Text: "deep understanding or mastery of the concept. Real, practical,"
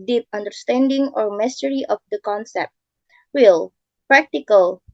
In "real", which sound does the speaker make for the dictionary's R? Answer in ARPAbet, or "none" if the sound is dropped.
W